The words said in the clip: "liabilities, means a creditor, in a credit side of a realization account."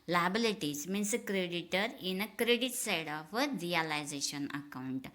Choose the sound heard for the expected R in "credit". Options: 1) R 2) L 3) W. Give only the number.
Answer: 1